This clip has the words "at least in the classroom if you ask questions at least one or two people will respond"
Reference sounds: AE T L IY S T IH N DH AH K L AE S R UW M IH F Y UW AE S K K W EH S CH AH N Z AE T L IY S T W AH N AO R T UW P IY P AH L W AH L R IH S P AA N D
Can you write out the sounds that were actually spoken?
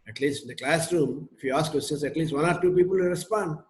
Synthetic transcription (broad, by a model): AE T L IY S T IH N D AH K L AE S R UW M IH F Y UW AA S K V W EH S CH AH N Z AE T L IY S T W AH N AO R T UW P IY P AH L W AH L R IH S P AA N D